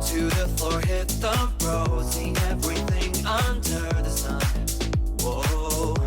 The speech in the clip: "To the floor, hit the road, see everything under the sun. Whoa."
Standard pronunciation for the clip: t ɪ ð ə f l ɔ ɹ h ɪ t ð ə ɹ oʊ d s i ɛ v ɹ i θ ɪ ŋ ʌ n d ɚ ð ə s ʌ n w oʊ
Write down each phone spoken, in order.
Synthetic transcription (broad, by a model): t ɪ ð ə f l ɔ ɹ h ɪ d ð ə ɹ oʊ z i ɛ v ɹ i θ ɪ ŋ ʌ n d ɚ ð ə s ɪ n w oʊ